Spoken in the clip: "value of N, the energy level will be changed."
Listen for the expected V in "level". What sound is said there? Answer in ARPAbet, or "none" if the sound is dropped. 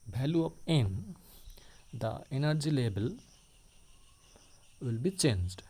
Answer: B